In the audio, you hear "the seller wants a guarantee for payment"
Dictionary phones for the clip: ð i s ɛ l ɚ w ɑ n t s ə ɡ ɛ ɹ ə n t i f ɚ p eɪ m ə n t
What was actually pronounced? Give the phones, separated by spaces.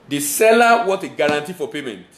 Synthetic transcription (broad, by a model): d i s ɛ l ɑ w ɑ t ə ɡ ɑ ɹ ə n t i f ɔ p eɪ m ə n t